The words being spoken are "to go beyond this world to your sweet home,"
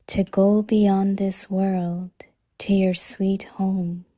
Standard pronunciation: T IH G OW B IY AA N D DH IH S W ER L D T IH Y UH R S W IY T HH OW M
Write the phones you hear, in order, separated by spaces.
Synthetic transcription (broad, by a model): T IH G OW B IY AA N DH IH S W ER L D T IH Y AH R S W IY T HH OW M